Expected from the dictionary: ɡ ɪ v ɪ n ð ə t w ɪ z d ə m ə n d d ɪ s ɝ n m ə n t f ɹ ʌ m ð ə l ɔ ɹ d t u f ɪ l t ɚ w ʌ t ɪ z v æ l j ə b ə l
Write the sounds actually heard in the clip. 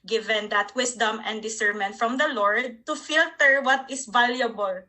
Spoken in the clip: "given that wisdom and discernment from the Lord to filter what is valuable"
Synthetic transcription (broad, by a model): ɡ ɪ v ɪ n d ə t w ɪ s d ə m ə n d d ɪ s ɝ m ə n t f ɹ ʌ m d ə l ɔ ɹ d t u f ɪ l t ɚ w ʌ t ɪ s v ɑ l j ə b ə l